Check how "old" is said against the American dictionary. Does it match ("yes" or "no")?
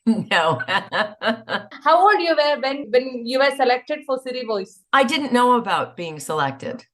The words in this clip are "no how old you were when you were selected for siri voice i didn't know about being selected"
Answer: no